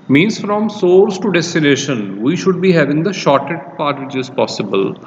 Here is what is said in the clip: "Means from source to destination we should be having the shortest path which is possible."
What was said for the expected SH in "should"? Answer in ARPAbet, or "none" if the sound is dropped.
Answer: SH